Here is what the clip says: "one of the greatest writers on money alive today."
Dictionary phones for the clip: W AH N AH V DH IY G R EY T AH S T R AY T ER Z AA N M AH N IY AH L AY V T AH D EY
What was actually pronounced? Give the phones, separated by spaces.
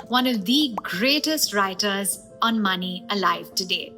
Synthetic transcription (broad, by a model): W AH N AH V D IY G R EY T AH S T R AY T ER Z AA N M AH N IY AH L AY V T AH D EY